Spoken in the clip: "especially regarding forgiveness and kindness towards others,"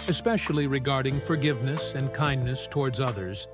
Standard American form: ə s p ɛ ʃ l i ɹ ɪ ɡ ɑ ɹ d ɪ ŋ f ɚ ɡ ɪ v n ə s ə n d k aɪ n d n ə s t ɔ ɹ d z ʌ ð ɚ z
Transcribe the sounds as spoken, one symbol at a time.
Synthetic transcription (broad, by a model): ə s p ɛ ʃ l i ɹ ɪ ɡ ɑ ɹ d ɪ ŋ f ɚ ɡ ɪ v n ə s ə n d k aɪ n n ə s t ɔ ɹ d z ʌ ð ɚ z